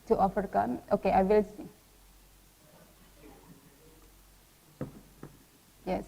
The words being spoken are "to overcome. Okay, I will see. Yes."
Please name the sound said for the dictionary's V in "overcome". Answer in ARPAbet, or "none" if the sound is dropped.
F